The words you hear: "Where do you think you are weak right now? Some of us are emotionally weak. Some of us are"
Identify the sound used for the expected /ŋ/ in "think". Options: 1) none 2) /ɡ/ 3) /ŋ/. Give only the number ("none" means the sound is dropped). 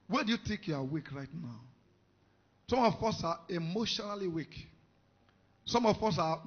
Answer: 1